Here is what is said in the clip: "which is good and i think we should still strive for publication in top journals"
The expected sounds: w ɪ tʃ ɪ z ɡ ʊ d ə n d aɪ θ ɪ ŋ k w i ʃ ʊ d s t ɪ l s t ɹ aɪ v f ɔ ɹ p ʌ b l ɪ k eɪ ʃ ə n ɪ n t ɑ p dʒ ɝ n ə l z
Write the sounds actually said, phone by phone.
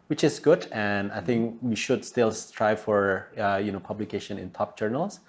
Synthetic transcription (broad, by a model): w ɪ tʃ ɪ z ɡ ʊ d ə n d aɪ θ ɪ ŋ k w i ʃ ʊ d s t ɪ l s t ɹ aɪ f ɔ ɹ p ʌ b l ɪ k eɪ ʃ ə n ɪ n t ɑ p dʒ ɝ n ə l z